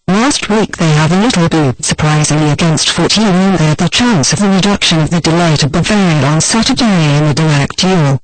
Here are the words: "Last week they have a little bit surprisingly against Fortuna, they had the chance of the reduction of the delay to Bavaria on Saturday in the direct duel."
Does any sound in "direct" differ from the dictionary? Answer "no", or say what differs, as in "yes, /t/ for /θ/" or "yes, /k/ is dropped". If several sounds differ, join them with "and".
yes, /l/ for /ɹ/